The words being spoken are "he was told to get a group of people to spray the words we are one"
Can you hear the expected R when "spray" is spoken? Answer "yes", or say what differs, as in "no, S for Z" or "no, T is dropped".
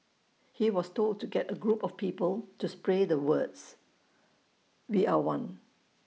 yes